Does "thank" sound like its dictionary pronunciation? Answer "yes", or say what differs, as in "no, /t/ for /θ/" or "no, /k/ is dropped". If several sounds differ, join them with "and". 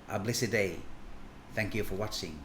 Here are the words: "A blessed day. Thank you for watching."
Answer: yes